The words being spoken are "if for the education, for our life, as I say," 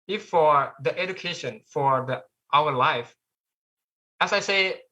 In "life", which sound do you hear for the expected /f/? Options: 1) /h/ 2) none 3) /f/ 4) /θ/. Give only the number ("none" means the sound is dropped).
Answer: 3